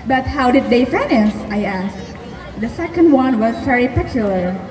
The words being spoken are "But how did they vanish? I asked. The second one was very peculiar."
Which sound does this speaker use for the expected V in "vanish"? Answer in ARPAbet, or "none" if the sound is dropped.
F